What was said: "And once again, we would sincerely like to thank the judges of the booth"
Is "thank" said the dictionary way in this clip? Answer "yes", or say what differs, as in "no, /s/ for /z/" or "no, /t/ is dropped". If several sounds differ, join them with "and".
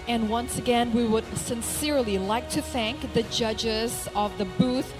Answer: yes